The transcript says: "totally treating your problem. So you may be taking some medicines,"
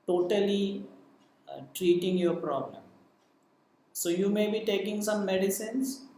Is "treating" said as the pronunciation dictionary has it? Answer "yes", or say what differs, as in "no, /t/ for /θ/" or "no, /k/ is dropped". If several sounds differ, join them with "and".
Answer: yes